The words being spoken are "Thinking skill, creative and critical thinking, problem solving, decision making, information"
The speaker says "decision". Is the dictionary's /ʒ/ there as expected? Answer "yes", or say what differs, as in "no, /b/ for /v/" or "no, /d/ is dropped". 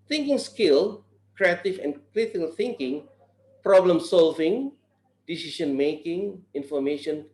no, /ʃ/ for /ʒ/